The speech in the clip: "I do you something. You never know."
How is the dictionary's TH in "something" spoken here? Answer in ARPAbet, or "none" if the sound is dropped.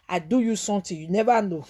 T